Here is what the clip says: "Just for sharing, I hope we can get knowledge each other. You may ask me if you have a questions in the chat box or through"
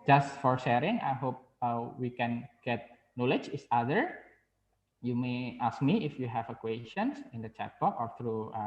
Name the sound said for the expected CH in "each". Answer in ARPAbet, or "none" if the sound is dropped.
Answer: S